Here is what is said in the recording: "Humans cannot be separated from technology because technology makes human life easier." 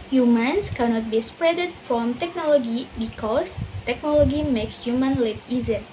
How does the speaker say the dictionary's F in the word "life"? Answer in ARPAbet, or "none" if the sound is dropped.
P